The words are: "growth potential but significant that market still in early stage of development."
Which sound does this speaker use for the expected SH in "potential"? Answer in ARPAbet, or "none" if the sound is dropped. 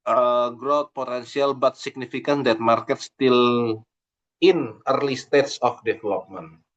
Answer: S